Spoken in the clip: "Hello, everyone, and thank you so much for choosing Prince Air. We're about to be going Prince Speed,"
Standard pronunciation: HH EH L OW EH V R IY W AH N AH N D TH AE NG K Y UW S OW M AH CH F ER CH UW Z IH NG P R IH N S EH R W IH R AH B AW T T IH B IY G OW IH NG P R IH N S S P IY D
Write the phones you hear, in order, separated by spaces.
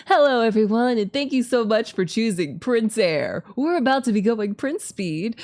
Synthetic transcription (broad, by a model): HH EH L OW EH V R IY W AH N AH N TH AE NG K Y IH S OW M AH CH F ER CH UW Z IH NG P R IH N S EH R W IH R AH B AW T T IH B IY G OW IH NG P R IH N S S P IY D